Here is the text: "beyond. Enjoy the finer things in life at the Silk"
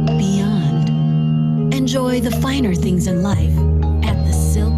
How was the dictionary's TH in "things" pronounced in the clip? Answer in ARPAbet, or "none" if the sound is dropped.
TH